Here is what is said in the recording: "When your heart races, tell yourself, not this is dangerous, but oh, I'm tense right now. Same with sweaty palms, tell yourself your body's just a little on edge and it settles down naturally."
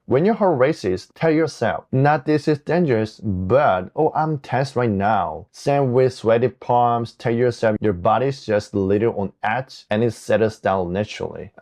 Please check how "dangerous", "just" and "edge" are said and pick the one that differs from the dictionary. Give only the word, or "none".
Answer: edge